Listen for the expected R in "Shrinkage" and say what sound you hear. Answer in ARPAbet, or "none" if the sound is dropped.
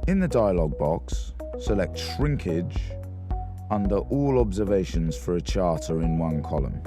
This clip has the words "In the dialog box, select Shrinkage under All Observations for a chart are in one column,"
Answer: R